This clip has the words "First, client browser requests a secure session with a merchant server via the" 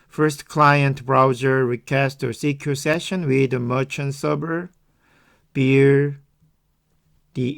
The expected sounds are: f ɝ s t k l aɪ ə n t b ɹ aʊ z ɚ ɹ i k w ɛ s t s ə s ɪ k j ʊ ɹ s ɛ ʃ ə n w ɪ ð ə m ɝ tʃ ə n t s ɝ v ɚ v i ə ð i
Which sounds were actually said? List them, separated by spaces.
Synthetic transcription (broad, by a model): f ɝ s t k l aɪ ə n t b ɹ aʊ z ɚ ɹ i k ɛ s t ə s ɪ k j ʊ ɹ s ɛ ʃ ə n w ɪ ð ə m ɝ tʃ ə n s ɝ b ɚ b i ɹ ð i